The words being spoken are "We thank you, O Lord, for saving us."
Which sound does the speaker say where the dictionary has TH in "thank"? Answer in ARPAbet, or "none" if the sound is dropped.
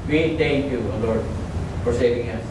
T